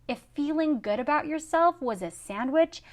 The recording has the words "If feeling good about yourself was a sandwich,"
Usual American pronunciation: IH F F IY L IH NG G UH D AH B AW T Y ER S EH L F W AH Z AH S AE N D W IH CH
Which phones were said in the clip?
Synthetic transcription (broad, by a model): IH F F IY L IH NG G UH D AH B AW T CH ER S EH L F W AH Z AH S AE N D W IH CH